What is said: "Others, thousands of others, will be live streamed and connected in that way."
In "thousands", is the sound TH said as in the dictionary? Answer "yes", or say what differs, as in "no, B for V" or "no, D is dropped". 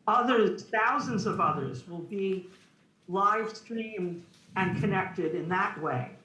yes